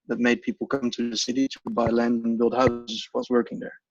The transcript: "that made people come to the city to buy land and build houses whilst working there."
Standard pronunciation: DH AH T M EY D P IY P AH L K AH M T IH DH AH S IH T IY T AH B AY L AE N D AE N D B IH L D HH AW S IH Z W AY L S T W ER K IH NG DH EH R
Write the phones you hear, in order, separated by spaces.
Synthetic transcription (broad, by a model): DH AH T M EY D P IY P L K AH M T IH DH AH S IH T IY T AH B AY L AE N D N B IH L D HH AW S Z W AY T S W ER K IH NG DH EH R